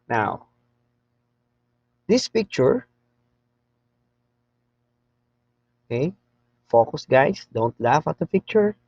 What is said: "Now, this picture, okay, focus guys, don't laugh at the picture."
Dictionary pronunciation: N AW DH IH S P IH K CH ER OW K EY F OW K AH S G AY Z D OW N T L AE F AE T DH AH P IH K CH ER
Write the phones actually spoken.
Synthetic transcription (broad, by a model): N AW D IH S P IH K CH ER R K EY F OW K AH S G AY S D OW N T L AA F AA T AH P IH K CH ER